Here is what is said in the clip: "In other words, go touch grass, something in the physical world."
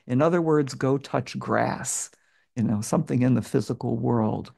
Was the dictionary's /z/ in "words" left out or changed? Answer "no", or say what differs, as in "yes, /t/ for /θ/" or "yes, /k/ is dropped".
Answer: no